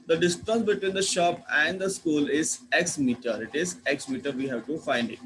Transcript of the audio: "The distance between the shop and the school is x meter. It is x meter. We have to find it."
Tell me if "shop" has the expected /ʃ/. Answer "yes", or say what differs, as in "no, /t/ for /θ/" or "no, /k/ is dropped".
yes